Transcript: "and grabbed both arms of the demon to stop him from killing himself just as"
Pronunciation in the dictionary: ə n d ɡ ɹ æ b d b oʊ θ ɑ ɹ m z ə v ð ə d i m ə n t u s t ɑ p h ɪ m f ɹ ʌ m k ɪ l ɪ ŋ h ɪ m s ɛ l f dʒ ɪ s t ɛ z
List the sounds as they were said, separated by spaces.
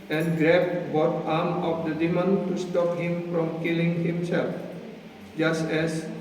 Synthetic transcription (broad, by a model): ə n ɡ ɹ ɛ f b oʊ t ɑ m ə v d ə d i m ə n t u s t ɑ p h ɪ m f ɹ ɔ m k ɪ l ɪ ŋ h ɪ m s ɛ l f dʒ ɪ s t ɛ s